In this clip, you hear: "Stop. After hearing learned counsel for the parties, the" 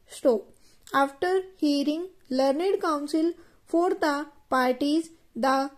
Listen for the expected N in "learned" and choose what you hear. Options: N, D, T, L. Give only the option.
N